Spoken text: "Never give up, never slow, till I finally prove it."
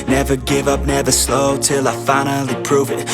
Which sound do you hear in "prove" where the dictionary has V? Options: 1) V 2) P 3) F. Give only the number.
1